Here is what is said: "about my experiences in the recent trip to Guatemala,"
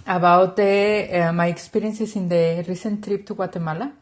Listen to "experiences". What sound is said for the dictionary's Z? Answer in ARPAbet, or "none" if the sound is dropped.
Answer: S